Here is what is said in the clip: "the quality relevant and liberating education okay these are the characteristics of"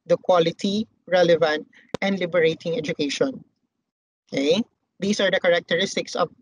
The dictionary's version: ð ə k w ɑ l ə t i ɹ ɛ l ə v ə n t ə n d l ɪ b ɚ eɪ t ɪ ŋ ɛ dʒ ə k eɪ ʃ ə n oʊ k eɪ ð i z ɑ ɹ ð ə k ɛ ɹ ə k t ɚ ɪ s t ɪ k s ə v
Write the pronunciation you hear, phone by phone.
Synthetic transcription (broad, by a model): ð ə k w ɑ l ə t i ɹ ɛ l ə v ə n t ə n d l ɪ b ɚ eɪ t ɪ ŋ ɛ dʒ ə k eɪ ʃ ə n oʊ k eɪ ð i s ɑ ɹ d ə k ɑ ɹ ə k t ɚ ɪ s t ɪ k s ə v